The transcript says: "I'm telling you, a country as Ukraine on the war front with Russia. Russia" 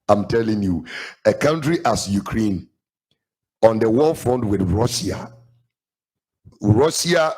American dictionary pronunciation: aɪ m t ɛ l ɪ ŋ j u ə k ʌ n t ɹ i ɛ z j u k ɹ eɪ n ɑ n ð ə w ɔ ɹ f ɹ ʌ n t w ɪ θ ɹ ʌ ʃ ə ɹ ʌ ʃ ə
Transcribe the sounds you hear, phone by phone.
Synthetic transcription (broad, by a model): aɪ m t ɛ l ɪ ŋ j u ə k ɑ n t ɹ i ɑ s j u k ɹ eɪ n ɑ n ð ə w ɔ l f ɹ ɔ n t w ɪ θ ɹ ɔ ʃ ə ɹ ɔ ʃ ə